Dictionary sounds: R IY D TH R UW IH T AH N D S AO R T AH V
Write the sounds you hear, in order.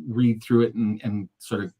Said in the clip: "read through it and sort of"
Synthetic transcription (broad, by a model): R IY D TH R UW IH T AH N S AO R T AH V